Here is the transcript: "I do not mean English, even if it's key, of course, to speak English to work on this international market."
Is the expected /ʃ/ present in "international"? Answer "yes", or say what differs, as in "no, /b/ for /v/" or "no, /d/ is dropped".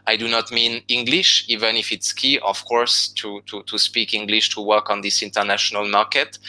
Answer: yes